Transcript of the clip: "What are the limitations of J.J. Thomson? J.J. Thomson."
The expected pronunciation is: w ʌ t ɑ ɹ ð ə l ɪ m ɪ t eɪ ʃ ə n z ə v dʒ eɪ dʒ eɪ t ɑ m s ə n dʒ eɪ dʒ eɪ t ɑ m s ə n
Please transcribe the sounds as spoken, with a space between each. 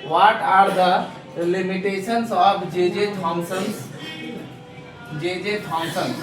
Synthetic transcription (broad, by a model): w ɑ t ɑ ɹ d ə l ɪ m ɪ t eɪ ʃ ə n s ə p dʒ eɪ dʒ eɪ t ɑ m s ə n dʒ eɪ dʒ eɪ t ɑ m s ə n